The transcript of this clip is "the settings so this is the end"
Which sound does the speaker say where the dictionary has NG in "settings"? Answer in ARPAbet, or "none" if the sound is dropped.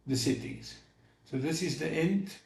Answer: none